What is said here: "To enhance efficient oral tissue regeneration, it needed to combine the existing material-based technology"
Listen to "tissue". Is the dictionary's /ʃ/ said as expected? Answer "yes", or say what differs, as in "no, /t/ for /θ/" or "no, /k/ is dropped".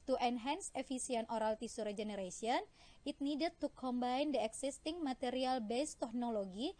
no, /s/ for /ʃ/